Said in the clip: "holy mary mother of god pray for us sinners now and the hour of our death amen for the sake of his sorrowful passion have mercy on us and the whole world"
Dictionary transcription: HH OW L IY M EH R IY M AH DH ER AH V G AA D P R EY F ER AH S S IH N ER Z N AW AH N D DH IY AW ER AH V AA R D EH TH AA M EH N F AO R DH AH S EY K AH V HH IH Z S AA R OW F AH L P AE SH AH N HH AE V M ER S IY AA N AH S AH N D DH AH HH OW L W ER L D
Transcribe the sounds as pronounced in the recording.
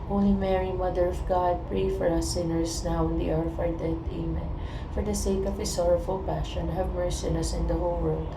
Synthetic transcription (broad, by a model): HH OW L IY M EH R IY M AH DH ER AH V G AA D P R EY F ER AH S S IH N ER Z N AW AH N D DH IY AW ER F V AA R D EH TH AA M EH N F AO R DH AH S EY K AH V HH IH S AA R OW F AH L P AE SH AH N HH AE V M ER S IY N AH S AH N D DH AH HH OW L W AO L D